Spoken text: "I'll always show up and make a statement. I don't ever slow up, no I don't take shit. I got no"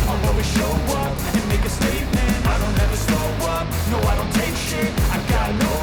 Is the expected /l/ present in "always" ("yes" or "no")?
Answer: no